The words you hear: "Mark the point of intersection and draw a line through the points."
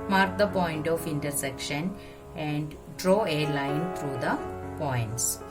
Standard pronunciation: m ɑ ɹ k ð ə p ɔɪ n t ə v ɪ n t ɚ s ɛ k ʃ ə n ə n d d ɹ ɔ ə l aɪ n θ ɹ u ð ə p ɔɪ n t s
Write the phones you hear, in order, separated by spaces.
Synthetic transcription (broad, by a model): m ɑ ɹ k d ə p ɔɪ n t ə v ɪ n t ɚ s ɛ k ʃ ə n ə n d d ɹ ɔ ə l aɪ n t ɹ u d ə p ɔɪ n t s